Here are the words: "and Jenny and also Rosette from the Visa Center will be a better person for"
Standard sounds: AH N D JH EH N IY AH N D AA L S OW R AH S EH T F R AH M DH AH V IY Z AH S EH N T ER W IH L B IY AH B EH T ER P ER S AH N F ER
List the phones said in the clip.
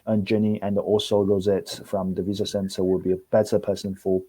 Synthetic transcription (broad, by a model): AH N JH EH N IY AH N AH AA L S OW R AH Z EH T F R AH M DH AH V IY Z AH S EH N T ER W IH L B IY AH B EH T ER P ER S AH N F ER